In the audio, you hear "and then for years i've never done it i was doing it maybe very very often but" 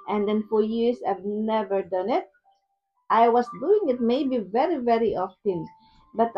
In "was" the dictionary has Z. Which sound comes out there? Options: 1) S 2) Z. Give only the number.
1